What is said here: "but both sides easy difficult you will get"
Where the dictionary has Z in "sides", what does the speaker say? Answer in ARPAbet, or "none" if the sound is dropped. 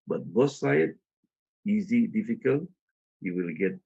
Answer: none